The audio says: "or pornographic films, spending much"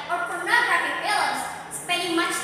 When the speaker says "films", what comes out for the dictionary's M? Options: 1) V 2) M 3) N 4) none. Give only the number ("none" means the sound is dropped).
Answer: 4